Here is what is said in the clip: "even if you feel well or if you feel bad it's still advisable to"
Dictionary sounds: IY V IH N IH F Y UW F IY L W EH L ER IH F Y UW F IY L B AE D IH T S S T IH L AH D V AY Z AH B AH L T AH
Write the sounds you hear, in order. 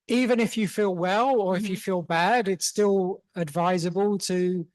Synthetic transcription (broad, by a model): IY V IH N IH F Y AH F IY L W EH L ER IH F Y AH F IY L B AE D IH T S S T IH L AH D V AY Z AH B AH L T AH